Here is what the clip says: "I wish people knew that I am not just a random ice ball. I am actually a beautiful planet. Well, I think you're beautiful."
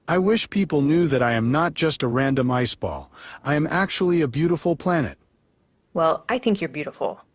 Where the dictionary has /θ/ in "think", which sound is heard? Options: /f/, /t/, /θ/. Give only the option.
/θ/